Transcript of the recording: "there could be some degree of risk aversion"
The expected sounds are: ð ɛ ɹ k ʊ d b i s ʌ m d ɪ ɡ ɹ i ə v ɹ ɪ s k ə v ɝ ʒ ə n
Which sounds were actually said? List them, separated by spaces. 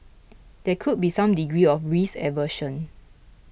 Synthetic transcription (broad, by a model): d ɛ k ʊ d b i s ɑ m d ɪ ɡ ɹ i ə f ɹ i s ə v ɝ ʃ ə n